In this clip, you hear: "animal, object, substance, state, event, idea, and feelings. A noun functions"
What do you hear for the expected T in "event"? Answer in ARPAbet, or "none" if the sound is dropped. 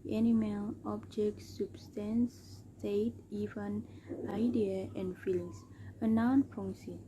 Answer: none